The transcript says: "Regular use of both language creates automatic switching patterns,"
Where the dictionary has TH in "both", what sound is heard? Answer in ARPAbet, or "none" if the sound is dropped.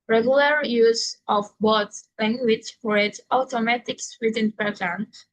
S